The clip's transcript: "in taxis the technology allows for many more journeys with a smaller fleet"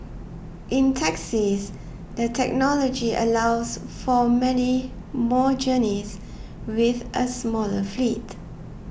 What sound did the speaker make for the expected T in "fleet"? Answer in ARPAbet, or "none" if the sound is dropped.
T